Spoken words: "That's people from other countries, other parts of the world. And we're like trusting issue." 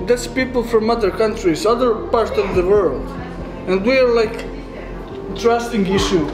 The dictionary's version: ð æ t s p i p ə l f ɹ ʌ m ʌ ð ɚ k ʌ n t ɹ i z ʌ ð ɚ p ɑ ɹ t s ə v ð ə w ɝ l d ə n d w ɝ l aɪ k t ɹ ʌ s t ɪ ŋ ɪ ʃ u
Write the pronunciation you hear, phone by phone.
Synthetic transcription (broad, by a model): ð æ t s p i p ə l f ɹ ʌ m ʌ ð ɚ k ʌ n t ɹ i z ʌ ð ɚ p ɑ ɹ t s ə v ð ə w ɝ l d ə n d w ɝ l aɪ k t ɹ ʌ s t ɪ ŋ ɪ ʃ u